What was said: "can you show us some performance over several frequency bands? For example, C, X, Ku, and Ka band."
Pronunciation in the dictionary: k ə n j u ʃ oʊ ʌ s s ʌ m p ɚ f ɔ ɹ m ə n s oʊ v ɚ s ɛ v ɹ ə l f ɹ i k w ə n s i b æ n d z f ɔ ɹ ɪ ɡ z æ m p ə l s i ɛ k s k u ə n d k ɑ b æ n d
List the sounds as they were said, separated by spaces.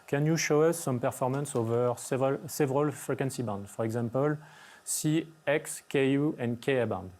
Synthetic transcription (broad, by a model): k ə n j u ʃ oʊ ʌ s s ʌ m p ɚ f ɔ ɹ m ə n s oʊ v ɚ s ɛ v ɹ ə l f ɹ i k w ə n s i b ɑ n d f ɔ ɹ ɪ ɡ z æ m p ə l s i ɛ k s k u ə n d k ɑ b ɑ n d